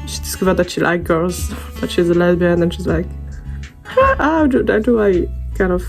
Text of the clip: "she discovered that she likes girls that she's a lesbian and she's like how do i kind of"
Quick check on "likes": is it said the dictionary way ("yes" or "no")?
no